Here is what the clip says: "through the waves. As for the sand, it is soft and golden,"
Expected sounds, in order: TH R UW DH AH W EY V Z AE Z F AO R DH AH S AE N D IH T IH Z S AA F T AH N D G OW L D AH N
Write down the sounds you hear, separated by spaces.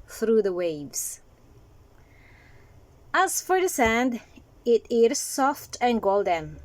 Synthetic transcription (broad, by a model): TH R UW DH AH W EY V S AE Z F AO R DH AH S AE N D IH T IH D S AA F T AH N G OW L D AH N